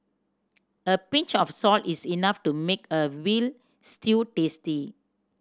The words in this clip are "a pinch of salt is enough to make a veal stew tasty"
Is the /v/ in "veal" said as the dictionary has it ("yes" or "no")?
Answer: no